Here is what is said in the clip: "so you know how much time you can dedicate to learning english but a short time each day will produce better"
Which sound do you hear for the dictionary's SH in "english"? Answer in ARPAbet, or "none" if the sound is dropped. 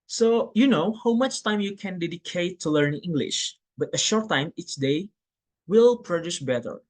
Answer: SH